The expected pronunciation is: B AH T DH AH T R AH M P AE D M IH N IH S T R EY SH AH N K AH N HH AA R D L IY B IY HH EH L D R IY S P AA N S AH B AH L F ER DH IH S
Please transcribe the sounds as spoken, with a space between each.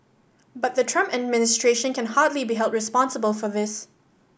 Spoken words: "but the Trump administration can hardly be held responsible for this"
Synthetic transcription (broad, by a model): B AH T DH AH T R AH M P AE D M IH N IH S T R EY SH AH N K AH N HH AA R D L IY B IY HH EH L D R IY S P AA N S AH B AH L F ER DH IH S